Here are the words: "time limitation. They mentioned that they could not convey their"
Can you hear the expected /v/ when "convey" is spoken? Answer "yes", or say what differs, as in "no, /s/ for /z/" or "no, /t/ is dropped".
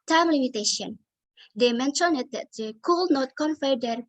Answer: no, /f/ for /v/